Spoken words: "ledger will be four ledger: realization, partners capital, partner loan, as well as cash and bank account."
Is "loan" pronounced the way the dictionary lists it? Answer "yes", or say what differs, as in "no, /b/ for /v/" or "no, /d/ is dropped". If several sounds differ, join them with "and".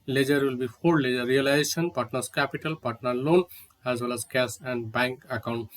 yes